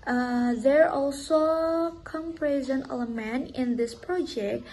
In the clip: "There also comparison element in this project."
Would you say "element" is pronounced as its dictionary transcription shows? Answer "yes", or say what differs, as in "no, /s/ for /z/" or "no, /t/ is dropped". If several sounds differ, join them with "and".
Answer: no, /t/ is dropped